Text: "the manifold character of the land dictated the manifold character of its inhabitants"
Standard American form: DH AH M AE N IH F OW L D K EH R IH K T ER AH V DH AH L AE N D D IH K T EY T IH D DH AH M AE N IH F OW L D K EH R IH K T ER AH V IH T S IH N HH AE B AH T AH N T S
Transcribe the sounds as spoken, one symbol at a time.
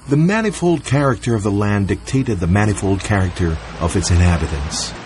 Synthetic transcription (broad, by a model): DH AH M AE N IH F OW L D K EH R IH K T ER AH V DH AH L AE N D D IH K T EY T IH D DH AH M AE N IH F OW L D K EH R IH K T ER AH V IH T S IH N HH AE B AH T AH N S